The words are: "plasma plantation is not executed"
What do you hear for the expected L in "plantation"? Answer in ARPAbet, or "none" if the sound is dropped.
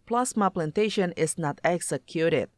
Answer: L